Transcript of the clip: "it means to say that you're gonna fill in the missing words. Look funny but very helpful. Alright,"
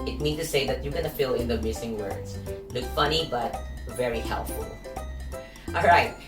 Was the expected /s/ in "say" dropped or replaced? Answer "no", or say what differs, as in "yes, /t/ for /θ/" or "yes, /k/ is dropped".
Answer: no